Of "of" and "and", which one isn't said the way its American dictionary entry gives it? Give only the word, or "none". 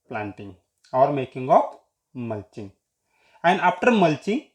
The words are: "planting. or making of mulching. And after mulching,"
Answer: of